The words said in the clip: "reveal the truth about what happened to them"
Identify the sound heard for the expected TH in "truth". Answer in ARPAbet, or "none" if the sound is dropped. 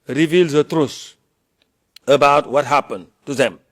S